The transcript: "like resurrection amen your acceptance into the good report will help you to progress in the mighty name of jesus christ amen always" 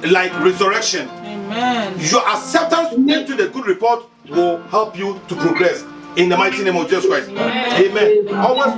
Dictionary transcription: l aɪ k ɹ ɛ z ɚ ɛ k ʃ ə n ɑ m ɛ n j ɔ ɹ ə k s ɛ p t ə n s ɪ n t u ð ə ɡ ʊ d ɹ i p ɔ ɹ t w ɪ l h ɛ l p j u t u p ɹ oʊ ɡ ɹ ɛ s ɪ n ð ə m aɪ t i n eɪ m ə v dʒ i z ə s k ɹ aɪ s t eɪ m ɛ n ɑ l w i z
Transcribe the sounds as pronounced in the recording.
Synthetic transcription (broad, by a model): l aɪ k ɹ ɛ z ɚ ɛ k ʃ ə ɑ n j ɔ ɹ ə s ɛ t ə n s ɪ n t u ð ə ɡ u d ɹ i p ɔ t w ɪ l h ɛ l p j u t u p ɹ oʊ ɡ ɹ ɛ s ɪ n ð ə m aɪ t i n eɪ m ə v dʒ i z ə s k ɹ aɪ s t eɪ m ɛ n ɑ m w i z